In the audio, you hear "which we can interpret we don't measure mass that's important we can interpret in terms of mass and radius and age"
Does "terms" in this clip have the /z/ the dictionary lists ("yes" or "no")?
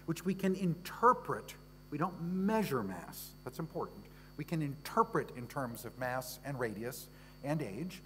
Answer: yes